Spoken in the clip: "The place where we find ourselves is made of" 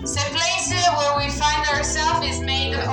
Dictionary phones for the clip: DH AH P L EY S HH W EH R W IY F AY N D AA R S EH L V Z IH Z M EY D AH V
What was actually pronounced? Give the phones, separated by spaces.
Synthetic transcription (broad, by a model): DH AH P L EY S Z W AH R W IY F AY N D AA R S EH L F IH Z M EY AH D